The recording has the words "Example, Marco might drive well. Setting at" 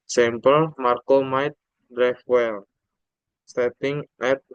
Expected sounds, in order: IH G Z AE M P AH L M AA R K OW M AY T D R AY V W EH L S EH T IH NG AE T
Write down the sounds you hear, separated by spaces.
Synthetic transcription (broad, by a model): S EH M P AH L M AA R K OW M AY T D R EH F W EH L S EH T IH NG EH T